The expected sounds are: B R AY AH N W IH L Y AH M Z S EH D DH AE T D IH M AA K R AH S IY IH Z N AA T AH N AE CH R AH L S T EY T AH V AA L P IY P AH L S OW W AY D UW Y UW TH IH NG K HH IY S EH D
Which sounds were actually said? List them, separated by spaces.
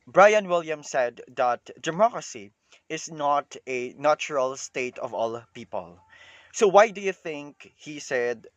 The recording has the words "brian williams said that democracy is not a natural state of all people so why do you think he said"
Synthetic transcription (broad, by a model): B R AY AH N W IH L Y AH M S EH D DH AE T D IH M AA K R AH S IY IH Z N AA T AH N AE CH R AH L S T EY T AH V AA L P IY P AH L S OW W AY D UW Y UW TH IH NG K HH IY S EH D